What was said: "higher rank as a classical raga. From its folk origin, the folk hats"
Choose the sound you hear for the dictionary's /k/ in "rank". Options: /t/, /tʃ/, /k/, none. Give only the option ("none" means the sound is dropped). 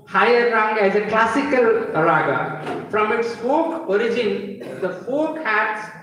none